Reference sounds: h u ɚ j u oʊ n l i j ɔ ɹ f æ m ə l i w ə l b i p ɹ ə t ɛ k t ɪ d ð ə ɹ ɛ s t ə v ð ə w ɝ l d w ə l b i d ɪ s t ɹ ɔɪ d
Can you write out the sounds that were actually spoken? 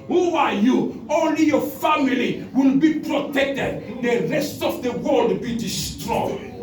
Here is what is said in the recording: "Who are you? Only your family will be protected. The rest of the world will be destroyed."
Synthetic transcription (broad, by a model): h u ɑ j u oʊ n l i j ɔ f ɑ m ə l i w ə l b i p ɹ ə t ɛ k t ɪ d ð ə ɹ ɛ s t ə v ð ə w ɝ l d b i d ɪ s t ɹ ɔɪ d